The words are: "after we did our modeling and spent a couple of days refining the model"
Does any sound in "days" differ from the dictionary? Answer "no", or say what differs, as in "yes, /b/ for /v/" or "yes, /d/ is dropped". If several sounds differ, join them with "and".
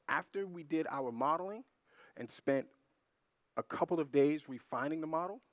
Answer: no